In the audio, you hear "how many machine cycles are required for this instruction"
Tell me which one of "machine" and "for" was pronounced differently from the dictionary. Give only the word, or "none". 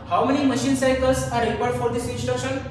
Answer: none